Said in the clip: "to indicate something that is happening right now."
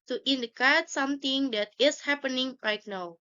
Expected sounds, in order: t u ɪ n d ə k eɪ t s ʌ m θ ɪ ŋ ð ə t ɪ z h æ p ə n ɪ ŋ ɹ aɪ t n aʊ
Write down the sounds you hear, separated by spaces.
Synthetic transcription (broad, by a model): t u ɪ n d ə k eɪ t s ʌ m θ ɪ ŋ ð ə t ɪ s h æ p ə n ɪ ŋ l aɪ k n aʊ